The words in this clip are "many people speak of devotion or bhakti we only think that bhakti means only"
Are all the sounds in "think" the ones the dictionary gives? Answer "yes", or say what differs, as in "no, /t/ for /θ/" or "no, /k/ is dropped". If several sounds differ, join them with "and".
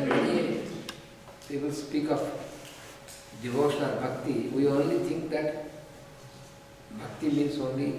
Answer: no, /t/ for /θ/